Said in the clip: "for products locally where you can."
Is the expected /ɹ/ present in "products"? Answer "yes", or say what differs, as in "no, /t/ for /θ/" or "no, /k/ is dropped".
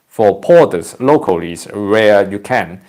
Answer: no, /ɹ/ is dropped